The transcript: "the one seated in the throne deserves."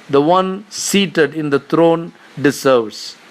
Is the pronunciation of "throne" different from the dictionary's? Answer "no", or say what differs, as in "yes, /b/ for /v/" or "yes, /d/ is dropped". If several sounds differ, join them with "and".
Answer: yes, /t/ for /θ/